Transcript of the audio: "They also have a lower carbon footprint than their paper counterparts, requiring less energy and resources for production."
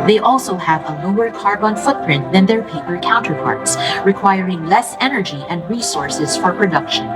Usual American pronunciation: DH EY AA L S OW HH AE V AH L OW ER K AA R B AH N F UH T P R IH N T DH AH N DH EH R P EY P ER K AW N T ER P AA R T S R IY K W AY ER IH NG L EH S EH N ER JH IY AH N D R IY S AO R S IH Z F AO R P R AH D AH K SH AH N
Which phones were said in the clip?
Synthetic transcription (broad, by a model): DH EY AA L S OW HH AE V AH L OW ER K AA R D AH N F UH T P R IH N T DH AH N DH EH R P EY P ER K AW N T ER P AA R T S R IY K W AY ER IH NG L EH S EH N ER JH IY AH N D R IY S AO R S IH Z F AO R P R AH D AH K SH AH N